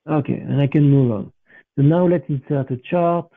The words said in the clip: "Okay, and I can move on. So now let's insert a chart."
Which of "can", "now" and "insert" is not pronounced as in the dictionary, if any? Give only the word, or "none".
insert